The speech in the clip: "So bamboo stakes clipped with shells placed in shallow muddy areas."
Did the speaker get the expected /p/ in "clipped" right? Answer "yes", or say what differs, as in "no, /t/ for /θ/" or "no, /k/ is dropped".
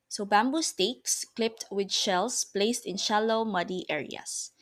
yes